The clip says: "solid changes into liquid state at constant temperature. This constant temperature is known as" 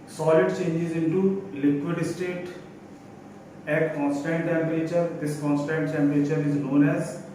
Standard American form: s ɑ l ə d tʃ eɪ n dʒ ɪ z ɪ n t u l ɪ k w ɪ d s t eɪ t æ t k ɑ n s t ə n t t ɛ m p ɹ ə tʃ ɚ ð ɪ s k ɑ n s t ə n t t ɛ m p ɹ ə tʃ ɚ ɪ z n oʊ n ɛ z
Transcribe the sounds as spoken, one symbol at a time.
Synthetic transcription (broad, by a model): s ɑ l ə d tʃ eɪ n dʒ ɪ z ɪ n t u l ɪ k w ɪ d s t eɪ t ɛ k ɑ n s t ə n t t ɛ m p ɹ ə tʃ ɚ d ɪ s k ɑ n s t ə n t t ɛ m p ɹ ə tʃ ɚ ɪ z n oʊ n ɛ z